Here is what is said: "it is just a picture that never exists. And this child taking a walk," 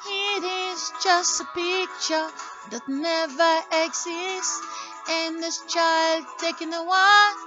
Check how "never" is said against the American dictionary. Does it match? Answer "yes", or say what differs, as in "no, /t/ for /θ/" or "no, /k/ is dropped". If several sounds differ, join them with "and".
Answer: yes